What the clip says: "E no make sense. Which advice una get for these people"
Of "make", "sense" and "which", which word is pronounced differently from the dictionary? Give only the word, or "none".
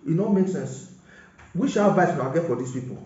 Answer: which